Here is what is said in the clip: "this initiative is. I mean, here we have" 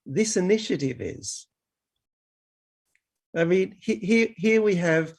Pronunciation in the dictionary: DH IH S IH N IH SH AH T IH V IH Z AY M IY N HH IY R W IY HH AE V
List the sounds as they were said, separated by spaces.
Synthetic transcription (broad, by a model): DH IH S IH N IH SH AH T IH V IH Z AY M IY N HH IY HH W IY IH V